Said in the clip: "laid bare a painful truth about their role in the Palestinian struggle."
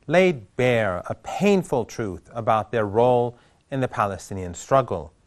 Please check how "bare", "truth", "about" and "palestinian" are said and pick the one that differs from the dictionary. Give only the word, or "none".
none